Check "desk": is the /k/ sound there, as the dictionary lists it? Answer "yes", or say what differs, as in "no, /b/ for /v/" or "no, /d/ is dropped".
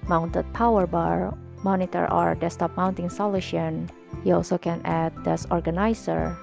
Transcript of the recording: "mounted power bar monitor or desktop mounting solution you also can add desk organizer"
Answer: no, /k/ is dropped